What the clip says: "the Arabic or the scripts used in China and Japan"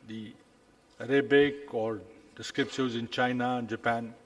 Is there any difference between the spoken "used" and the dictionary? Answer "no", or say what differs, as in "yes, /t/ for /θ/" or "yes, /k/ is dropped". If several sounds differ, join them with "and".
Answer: yes, /d/ is dropped